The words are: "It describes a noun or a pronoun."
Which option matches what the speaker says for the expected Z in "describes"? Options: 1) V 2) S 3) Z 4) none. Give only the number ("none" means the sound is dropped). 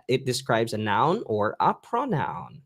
3